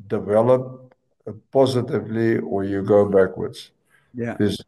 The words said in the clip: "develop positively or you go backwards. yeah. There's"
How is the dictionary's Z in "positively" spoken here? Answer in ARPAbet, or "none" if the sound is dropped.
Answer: Z